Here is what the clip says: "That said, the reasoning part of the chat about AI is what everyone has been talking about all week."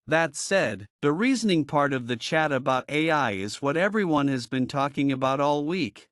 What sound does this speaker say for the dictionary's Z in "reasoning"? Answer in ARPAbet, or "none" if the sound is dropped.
Z